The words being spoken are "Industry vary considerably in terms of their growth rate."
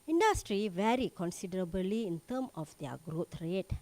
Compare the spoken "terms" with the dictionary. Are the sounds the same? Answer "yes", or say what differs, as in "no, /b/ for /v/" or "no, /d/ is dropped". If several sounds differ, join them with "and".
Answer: no, /z/ is dropped